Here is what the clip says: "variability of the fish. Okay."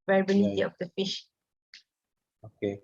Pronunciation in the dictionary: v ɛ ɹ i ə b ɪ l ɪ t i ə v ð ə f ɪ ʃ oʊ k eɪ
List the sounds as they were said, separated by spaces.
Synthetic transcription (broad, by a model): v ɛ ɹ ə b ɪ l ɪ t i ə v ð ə f ɪ ʃ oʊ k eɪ